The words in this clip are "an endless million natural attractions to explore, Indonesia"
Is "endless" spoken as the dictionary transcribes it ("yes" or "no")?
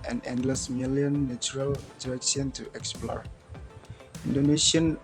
yes